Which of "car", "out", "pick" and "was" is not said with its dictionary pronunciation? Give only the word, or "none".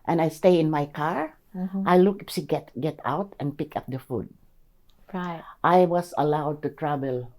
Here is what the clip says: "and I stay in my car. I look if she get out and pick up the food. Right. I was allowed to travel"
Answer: was